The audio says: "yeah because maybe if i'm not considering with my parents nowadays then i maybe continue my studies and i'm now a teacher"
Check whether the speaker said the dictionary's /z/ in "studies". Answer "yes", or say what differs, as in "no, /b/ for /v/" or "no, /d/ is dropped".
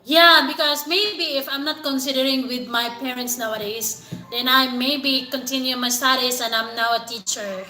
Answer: no, /s/ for /z/